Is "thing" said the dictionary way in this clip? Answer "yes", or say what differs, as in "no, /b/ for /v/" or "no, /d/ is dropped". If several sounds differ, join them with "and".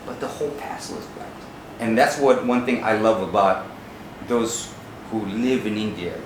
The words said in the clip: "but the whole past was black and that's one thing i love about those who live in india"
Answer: yes